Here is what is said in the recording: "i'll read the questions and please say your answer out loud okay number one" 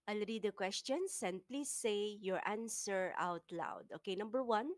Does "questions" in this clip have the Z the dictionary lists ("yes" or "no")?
no